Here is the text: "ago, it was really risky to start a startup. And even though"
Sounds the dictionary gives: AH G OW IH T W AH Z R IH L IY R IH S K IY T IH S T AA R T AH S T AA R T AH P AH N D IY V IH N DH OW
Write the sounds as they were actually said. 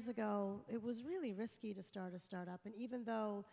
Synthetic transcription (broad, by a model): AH G OW IH T W AH Z R IH L IY R IH S K IY T IH S T AA R T AH S T AA R T AH P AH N IY V IH N DH OW